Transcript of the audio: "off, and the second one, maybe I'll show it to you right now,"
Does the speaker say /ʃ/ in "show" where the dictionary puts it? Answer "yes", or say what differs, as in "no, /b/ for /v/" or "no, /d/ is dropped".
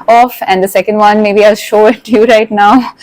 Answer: yes